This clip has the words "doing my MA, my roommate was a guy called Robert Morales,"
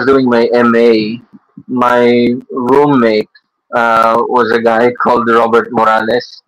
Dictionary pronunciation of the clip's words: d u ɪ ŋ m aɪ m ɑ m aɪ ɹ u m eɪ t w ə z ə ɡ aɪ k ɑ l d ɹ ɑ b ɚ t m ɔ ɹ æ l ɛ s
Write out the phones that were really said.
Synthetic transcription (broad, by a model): d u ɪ ŋ m aɪ m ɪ m aɪ ɹ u m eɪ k w ə z ə ɡ aɪ k ɑ l d ɹ ɑ b ɚ t m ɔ ɹ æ l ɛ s